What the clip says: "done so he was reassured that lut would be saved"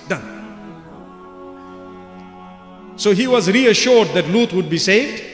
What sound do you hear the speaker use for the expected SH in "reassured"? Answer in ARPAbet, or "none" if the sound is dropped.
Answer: SH